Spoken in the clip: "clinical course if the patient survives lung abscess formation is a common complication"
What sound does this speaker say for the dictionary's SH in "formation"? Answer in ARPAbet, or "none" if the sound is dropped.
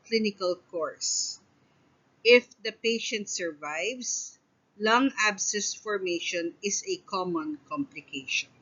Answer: SH